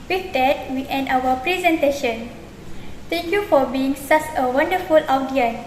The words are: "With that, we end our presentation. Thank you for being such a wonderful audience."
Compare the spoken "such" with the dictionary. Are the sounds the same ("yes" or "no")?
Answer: no